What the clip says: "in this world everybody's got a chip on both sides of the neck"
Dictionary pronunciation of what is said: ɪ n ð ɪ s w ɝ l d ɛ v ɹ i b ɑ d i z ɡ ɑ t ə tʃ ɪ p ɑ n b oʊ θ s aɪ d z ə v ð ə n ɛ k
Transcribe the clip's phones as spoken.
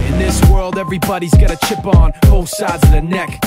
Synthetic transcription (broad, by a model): ɪ n ð ɪ s w ɝ l d ɛ v ɹ i b ɑ d i z ɡ ɑ t ə tʃ ɪ p n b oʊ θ s aɪ d z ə ð ə n ɛ k